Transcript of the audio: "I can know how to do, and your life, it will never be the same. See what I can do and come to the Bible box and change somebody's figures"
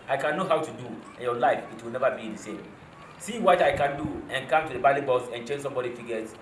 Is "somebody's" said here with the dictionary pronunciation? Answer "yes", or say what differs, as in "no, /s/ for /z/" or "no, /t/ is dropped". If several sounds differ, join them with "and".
no, /z/ is dropped